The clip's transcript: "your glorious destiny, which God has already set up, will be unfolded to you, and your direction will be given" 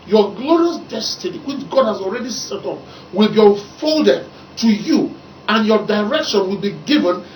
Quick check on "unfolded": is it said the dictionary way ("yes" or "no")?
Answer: yes